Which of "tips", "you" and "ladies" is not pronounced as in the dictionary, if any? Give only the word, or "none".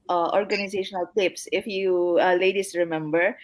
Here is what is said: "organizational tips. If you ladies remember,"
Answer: ladies